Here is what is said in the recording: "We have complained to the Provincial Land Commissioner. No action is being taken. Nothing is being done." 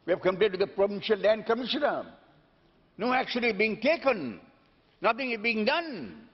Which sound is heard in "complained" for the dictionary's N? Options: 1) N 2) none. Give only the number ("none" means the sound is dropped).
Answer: 2